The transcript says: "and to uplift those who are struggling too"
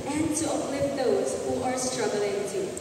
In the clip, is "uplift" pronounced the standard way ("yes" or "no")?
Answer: no